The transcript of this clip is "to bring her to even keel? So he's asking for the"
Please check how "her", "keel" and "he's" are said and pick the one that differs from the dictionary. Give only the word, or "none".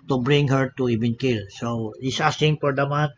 he's